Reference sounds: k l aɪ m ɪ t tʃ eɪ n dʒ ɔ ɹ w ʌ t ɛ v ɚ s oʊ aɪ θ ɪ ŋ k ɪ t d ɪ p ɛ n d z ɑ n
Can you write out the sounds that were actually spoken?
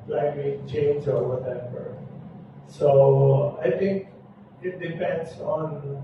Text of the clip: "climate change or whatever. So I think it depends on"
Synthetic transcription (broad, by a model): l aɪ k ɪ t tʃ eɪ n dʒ ɔ ɹ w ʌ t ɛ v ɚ s oʊ aɪ t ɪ ŋ k ɪ t d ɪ p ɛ n d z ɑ n